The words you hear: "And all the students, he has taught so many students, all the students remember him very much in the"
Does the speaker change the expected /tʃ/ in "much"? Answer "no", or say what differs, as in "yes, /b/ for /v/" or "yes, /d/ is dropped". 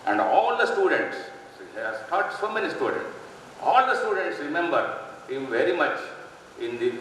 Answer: no